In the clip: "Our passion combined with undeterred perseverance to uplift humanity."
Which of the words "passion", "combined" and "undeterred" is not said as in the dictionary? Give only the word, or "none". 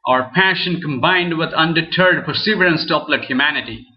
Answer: none